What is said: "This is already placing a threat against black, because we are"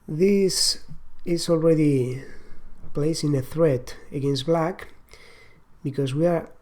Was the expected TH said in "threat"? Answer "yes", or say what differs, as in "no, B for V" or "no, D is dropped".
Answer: yes